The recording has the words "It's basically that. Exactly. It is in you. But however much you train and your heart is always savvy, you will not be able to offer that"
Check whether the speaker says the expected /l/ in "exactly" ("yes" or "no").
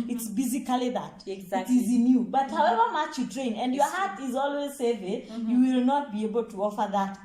no